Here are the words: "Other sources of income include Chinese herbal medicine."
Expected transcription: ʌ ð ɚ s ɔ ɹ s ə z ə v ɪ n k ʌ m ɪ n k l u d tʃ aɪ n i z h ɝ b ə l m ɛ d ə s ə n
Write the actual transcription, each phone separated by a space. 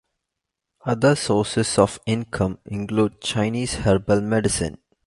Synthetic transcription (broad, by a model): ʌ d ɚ s ɔ s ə s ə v ɪ n k ʌ m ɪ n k l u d tʃ aɪ n i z h ɝ b ə l m ɛ d ə s ə n